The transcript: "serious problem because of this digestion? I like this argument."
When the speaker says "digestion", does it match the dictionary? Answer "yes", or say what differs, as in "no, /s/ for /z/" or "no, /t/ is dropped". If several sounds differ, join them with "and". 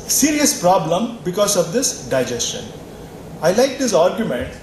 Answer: yes